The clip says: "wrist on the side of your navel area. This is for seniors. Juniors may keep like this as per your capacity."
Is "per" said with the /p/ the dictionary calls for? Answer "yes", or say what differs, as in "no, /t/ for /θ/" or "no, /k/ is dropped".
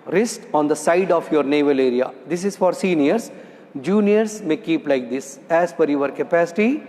no, /f/ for /p/